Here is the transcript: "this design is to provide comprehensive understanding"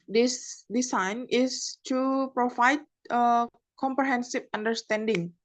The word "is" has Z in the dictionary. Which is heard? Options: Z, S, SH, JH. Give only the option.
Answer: S